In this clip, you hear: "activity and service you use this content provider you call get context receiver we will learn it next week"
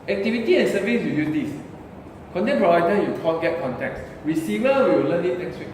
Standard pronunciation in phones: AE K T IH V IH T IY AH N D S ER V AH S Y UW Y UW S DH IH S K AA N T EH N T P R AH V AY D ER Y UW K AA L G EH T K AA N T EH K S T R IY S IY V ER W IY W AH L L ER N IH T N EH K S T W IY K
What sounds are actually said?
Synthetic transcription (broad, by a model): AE K T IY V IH T IY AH N S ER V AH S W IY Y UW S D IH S K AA N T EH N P AH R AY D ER Y UW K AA N G EH T K AA N T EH K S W IY S IY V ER W IY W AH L L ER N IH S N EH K S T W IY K